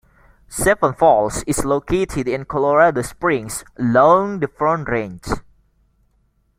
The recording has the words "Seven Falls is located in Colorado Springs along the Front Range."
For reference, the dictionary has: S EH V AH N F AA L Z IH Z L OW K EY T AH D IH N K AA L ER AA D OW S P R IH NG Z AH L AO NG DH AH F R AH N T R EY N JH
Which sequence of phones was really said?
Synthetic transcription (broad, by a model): S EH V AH N F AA L S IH S L OW K EY T AH D IH N K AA L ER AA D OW S P R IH NG S AH L AO NG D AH F R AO N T R EY N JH